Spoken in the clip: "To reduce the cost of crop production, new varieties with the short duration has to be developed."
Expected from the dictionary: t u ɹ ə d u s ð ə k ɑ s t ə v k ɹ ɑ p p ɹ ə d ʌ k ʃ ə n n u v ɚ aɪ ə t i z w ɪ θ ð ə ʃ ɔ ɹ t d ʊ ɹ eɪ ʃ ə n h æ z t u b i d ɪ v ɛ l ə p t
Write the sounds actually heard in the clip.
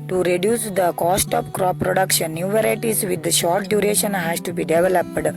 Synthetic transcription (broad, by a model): t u ɹ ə d u s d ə k ɑ s t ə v k ɹ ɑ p p ɹ ə d ʌ k ʃ ə n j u v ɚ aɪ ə t i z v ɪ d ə ʃ ɔ ɹ t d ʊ ɹ eɪ ʃ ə n h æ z t u b i d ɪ v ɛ l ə p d